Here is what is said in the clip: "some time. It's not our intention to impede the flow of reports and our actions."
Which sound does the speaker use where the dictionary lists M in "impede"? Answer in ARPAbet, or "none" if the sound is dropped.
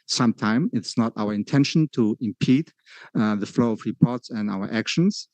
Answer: M